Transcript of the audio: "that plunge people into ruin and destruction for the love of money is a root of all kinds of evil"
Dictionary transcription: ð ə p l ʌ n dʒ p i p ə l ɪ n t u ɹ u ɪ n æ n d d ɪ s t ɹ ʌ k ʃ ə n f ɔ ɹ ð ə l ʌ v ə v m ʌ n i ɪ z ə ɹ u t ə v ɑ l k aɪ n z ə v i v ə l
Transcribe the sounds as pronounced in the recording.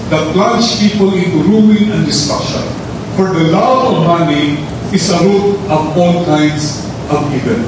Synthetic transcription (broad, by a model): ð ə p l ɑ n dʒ p i p ə l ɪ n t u ɹ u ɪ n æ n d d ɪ s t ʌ ʃ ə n f ɔ ɹ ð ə l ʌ ə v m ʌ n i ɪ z ə ɹ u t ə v ɑ l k aɪ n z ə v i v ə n